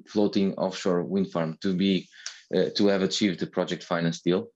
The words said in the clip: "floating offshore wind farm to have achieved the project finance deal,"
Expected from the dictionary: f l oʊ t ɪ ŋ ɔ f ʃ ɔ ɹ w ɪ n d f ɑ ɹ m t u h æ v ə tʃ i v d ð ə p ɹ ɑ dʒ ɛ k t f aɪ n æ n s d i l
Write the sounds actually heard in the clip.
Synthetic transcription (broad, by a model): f l oʊ t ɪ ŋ ɔ f ʃ ɔ ɹ w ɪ n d f ɑ ɹ m t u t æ v ə tʃ i v d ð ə p ɹ ɑ dʒ ɛ k t f aɪ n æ n s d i l